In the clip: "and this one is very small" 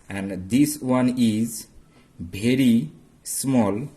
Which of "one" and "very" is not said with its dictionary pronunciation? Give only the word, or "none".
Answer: very